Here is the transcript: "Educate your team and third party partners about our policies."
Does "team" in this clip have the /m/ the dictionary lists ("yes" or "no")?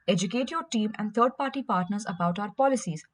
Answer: yes